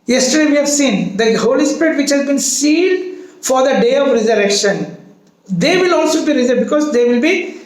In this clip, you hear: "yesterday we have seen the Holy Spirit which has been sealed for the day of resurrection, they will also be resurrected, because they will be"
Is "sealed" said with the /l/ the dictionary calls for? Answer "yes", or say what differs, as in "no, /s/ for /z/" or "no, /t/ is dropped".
no, /n/ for /l/